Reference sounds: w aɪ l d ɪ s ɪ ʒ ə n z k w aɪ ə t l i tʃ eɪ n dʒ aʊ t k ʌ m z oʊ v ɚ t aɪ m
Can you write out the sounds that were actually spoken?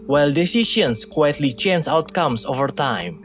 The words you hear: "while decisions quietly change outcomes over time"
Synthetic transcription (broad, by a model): w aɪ l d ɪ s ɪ ʃ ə n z k w aɪ ə t l i tʃ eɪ n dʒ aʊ t k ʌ m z oʊ v ɚ t aɪ m